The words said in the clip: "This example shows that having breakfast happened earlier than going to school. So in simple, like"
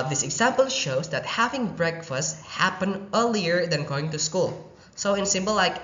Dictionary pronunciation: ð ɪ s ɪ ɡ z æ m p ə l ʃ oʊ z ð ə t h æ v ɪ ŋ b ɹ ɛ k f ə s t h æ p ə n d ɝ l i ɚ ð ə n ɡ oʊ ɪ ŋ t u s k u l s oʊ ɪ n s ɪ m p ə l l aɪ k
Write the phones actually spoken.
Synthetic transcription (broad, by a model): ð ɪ s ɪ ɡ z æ m p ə l ʃ oʊ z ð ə t h æ v ɪ ŋ b ɹ ɛ k f ə s t h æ p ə n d ɝ l i ɚ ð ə n ɡ oʊ ɪ ŋ t u s k u l s oʊ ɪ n s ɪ m b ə l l aɪ k